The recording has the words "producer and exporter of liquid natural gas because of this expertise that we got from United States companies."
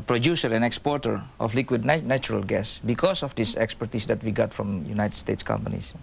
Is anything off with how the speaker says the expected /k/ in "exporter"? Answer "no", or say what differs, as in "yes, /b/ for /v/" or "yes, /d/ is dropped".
no